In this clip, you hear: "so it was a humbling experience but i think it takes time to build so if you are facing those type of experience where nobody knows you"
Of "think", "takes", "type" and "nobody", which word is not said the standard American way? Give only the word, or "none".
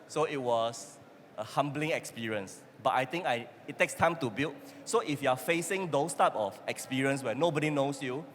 think